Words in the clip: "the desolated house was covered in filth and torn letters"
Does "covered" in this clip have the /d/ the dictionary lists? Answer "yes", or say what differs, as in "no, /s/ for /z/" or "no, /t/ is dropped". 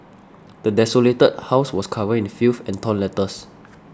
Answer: no, /d/ is dropped